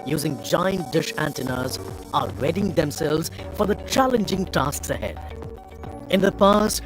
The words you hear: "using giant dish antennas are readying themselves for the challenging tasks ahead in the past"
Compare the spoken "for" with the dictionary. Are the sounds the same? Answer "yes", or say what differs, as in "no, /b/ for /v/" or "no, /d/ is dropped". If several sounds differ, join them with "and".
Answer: yes